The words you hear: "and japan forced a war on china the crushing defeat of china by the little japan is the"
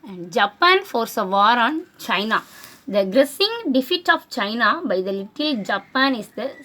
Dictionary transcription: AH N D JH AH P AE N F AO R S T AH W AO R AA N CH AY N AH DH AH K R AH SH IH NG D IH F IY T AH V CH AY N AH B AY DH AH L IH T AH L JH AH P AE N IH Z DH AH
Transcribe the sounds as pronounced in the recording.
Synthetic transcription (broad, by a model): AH N D JH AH P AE N F AO R S AH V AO R AA N CH AY N AH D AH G R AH S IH NG D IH F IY T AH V CH AY N AH B AY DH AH L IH T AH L JH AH P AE N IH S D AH